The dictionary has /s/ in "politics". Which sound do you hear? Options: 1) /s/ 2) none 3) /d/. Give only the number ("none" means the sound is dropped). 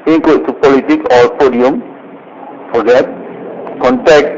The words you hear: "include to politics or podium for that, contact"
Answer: 2